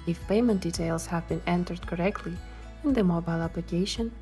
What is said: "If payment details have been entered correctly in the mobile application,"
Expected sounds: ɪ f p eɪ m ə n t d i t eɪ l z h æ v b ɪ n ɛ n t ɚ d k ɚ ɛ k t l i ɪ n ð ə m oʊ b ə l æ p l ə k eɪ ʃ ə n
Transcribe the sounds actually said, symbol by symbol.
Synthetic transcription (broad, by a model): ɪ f p eɪ m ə n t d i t eɪ l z h æ v b ɪ n ɛ n t ɚ d k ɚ ɛ k t l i ɪ n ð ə m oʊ b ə l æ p l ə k eɪ ʃ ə n